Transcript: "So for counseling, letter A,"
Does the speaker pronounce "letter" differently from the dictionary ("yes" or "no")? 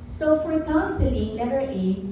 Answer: yes